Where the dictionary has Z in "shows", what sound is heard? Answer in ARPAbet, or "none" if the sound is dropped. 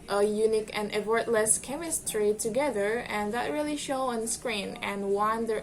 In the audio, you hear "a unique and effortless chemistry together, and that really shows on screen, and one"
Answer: none